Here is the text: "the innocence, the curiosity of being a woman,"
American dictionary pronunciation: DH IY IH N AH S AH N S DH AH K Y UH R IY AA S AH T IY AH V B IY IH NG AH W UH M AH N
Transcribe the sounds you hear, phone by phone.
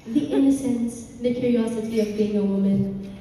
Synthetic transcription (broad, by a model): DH IY IH N AH S AH N S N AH K Y UH R IY AA S AH T IY AH V B IY IH NG AH W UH M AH N